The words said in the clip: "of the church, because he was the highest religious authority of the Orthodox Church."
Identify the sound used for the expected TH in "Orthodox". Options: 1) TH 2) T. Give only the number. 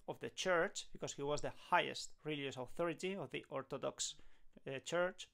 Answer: 2